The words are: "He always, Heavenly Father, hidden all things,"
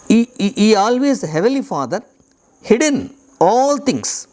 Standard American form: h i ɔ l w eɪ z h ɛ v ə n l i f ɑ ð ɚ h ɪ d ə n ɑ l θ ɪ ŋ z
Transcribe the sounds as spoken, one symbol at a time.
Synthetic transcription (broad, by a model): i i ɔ l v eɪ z h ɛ v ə l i f ɑ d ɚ h ɪ d ə n ɑ l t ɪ ŋ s